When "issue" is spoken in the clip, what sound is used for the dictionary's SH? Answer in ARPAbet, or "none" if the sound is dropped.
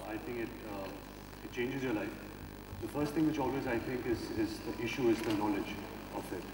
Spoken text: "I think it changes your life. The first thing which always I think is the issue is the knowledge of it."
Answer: SH